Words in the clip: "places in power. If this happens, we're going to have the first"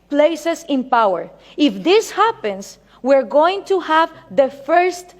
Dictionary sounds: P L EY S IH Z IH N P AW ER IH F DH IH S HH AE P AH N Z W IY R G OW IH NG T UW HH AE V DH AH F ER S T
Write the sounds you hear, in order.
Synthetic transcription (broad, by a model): P L EY S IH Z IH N P AW ER IH F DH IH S HH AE P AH N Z W IY R G OW IH NG T UW HH AE V DH AH F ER S T